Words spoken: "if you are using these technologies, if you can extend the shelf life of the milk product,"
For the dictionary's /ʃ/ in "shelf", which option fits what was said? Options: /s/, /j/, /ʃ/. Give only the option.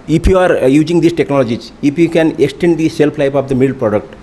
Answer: /s/